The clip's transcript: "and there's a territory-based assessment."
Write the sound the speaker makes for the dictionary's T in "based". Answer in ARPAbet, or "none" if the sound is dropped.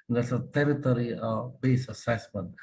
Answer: none